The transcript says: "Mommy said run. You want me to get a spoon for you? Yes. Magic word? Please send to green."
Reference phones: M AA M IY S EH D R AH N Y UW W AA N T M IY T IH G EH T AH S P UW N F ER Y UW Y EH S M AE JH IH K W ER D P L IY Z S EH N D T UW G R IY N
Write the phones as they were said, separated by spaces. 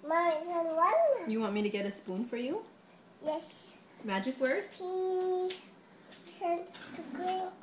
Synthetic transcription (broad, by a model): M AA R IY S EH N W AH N Y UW W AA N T M IY T IH G EH T AH S P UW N F ER Y UW Y EH S M AE JH IH K W ER D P IY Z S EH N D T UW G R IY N